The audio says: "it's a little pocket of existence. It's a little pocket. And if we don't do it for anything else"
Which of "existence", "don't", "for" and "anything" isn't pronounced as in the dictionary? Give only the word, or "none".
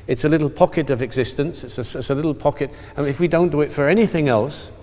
none